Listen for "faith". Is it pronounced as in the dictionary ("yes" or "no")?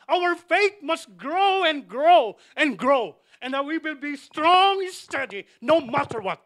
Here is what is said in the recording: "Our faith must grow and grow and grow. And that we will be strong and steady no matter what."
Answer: no